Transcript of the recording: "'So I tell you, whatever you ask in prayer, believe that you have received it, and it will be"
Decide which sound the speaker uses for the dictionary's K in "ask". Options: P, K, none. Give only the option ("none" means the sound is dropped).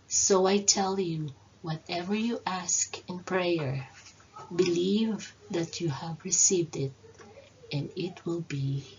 K